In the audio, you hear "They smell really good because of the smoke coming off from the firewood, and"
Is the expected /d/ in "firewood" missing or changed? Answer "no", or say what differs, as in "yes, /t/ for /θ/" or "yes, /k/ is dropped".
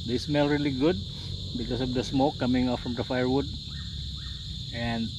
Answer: no